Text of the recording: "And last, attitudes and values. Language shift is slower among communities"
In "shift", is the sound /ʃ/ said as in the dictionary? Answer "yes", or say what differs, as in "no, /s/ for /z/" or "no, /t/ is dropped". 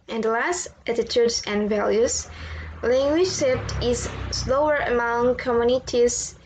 no, /s/ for /ʃ/